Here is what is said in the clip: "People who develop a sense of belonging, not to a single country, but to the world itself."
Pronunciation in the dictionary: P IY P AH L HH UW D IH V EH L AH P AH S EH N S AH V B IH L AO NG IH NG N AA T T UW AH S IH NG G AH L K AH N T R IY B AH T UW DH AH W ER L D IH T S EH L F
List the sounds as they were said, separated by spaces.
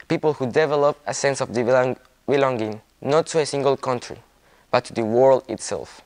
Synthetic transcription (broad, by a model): P IY P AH L HH UW D IH V EH L AH P AH S EH N S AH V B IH L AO NG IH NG N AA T T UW AH S IH NG G AH L K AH N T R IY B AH T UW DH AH W ER L D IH T S EH L F